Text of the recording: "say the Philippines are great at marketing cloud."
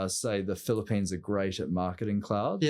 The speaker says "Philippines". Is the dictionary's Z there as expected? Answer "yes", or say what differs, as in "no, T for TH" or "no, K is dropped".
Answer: yes